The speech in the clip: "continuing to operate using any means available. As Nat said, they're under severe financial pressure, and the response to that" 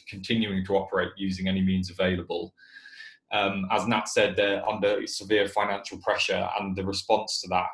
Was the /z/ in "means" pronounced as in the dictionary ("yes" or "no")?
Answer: yes